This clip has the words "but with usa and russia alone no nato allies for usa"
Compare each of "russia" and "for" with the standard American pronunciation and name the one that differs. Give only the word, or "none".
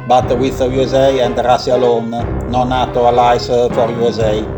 russia